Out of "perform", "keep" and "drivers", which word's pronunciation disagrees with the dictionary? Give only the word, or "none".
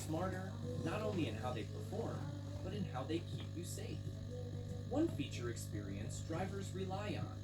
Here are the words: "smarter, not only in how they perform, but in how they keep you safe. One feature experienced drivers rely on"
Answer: none